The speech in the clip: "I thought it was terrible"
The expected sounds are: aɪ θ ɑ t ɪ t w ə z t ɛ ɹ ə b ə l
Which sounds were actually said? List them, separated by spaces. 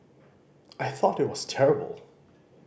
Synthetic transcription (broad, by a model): aɪ θ ɑ t ɪ t w ə z t ɛ ɹ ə b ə l